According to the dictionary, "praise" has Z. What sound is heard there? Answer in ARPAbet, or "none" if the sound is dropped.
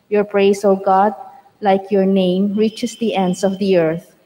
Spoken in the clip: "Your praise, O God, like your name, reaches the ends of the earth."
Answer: S